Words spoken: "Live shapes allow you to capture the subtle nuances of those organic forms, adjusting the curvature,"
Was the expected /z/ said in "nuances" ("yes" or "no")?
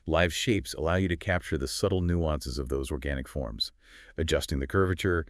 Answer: yes